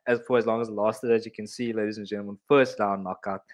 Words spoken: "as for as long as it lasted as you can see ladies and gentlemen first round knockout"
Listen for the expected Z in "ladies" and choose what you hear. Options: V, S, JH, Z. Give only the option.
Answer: Z